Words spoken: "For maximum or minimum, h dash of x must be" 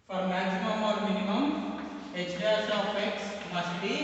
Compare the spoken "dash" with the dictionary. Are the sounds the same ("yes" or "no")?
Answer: no